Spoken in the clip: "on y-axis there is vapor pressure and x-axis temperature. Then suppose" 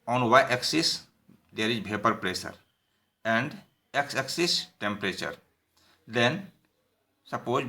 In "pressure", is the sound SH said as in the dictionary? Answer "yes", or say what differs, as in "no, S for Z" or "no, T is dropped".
no, S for SH